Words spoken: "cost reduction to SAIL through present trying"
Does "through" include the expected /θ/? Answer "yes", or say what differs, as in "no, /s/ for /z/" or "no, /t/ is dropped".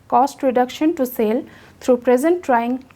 no, /t/ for /θ/